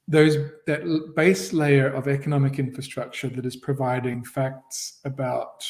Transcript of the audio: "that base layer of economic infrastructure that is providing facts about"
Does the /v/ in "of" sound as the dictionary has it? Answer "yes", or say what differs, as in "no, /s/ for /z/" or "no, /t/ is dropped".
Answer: yes